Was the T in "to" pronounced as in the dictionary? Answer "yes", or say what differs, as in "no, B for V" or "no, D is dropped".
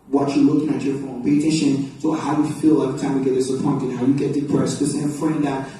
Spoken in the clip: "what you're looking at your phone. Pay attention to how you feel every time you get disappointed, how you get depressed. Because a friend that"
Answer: no, S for T